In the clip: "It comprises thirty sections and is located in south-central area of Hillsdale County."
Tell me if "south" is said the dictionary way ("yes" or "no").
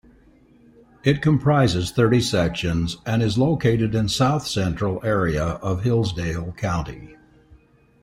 yes